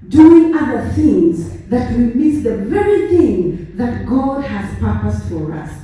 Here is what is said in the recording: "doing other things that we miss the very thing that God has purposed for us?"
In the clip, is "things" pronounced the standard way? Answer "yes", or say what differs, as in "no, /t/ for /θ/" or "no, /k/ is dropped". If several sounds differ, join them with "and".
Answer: yes